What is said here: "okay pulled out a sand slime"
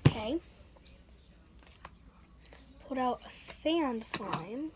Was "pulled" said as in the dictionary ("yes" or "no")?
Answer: no